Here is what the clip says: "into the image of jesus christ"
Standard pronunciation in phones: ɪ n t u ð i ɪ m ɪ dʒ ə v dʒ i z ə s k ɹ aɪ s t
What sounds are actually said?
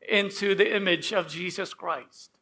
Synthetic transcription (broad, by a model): ɪ n t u ð i ɪ m ɪ dʒ ə v dʒ i z ə s k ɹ aɪ s t